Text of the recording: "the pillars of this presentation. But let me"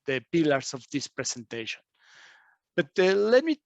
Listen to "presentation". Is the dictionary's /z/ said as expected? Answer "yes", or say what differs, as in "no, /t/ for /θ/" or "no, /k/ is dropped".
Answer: no, /s/ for /z/